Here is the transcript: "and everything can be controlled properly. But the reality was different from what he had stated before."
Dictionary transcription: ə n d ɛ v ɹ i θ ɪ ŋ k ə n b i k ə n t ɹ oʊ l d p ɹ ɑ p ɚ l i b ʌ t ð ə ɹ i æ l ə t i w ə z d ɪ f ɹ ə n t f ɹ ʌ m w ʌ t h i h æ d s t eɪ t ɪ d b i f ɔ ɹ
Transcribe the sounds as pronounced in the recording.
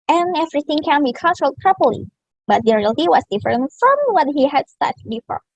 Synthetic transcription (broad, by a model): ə n ɛ v ɹ i θ ɪ ŋ k ə n b i k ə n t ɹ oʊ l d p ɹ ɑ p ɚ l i b ʌ t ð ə ɹ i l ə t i w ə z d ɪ f ɹ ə n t f ɹ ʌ m w ʌ t h i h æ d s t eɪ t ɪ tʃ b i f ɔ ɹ